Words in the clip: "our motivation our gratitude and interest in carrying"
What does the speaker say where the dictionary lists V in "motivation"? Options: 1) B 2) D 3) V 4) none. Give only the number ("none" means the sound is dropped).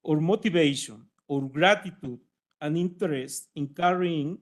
1